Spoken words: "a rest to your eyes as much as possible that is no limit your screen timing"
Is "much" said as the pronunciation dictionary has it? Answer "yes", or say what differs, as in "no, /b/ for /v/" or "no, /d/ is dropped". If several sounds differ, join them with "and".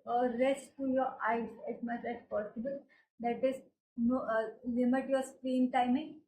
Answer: no, /s/ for /tʃ/